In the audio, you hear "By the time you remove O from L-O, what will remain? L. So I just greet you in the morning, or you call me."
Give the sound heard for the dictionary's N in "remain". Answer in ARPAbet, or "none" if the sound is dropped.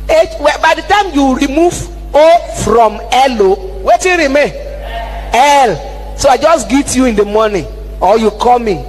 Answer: none